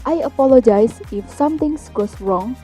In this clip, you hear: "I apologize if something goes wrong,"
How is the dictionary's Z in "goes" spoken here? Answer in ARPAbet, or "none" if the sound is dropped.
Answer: S